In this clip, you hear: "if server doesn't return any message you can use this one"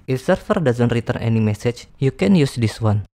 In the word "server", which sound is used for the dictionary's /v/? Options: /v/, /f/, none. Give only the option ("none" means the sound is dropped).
/f/